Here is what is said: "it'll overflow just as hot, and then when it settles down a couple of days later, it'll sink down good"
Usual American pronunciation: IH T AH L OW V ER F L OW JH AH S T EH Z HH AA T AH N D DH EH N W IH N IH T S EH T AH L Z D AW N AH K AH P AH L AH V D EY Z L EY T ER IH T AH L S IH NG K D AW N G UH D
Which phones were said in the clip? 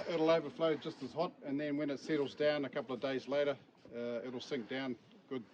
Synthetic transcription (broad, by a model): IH T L OW V ER F L OW JH AH S T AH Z HH AA T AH N DH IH N W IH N IH T S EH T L Z D AW N AH K AH P L AH V D EY Z L EY T ER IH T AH L S IH NG K D AW N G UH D